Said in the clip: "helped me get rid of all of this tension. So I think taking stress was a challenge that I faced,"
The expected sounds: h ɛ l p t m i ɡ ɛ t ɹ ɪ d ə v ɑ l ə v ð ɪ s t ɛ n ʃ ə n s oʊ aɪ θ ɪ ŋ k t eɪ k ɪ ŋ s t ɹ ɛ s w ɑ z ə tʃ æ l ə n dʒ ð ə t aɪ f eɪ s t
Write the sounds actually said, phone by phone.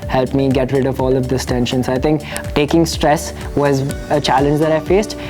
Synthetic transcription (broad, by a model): h ɛ l p m i ɡ ɛ t ɹ ɪ d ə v ɑ l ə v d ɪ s t ɛ n ʃ ə n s aɪ t ɪ ŋ k t eɪ k ɪ ŋ s t ɹ ɛ s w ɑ z ə tʃ æ l ə n dʒ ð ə t aɪ f eɪ s t